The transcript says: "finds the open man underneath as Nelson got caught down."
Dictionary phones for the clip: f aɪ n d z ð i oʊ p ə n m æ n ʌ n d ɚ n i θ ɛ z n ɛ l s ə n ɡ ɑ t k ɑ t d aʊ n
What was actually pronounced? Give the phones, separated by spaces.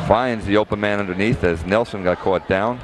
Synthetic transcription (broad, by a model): f aɪ n d z ð i oʊ p ə n m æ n ʌ n d ɚ n i θ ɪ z n ɛ l s ə n ɡ ɑ t k ɑ t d aʊ n